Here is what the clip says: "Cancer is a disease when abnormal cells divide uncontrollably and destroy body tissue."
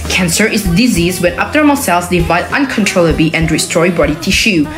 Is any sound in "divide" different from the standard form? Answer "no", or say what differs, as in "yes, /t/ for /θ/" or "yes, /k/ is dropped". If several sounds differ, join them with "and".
no